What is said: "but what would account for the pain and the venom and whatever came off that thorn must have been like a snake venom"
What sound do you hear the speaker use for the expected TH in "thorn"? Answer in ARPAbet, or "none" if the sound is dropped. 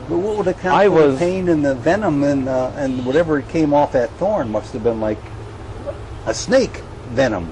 TH